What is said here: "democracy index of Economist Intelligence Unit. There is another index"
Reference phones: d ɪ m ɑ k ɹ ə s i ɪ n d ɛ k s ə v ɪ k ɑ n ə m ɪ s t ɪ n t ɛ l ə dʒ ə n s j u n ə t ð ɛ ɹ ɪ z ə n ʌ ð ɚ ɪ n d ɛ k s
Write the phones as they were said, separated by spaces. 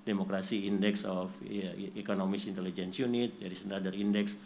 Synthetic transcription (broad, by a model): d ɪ m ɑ k ɹ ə s i n d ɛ k s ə f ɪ k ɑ n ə m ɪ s ɪ n t ɛ l ə dʒ ə n s j u n ə t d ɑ ɹ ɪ s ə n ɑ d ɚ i n d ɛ k s